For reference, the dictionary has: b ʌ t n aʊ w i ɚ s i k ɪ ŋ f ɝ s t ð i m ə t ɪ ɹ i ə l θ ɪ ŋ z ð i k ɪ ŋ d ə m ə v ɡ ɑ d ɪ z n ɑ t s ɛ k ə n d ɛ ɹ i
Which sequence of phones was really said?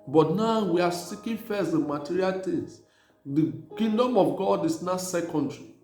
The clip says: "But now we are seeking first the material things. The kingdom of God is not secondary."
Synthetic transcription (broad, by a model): b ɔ t n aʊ w i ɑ s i k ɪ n f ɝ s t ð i m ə t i ɹ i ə l t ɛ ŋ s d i k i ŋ d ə m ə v ɡ ɑ d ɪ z n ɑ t s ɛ k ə n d ɹ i